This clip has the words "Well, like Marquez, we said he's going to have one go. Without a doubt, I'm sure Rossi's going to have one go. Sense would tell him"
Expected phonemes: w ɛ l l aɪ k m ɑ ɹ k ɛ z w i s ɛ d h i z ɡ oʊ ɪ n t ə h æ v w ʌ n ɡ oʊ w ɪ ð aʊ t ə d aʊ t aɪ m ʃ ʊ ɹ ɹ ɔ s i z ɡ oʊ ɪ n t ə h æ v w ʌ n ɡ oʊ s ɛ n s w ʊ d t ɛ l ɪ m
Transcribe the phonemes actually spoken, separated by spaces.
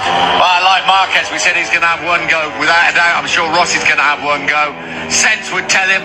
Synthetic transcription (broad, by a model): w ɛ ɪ l aɪ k m ɑ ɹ k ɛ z w i s ɛ d h i z ɡ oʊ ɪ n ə v w ʌ n ɡ oʊ w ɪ ð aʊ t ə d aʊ aɪ m ʃ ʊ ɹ ɹ ɔ s i z ɡ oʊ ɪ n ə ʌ v w ʌ n ɡ oʊ s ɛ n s w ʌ d t ɛ l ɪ m